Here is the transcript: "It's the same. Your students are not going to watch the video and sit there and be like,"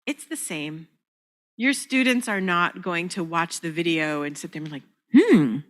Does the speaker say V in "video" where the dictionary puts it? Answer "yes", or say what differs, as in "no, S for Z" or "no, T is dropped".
yes